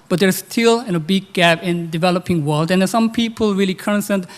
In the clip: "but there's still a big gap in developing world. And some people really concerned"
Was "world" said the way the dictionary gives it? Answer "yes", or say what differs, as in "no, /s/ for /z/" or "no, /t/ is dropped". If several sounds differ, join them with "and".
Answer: yes